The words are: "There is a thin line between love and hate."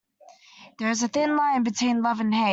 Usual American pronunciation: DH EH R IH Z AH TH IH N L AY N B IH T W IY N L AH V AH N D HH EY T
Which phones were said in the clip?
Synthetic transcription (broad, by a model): DH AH R IH Z AH TH IH N L AY N B IH T W IY N L AH V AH N HH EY